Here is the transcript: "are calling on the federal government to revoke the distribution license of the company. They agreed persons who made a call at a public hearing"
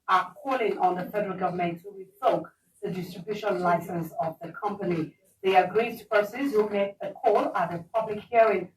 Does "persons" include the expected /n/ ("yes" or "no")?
no